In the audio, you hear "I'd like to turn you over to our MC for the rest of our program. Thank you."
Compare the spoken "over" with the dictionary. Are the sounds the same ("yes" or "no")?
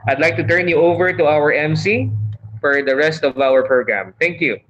yes